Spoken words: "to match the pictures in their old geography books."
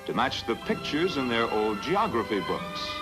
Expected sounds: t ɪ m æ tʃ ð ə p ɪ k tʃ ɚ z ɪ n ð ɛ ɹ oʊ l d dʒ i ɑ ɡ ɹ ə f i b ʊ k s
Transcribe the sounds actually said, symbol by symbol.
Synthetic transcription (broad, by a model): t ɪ m æ tʃ ð ə p ɪ k tʃ ɚ z ɪ n ð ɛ ɹ oʊ l d dʒ i ɑ ɡ ɹ ə f i b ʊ k s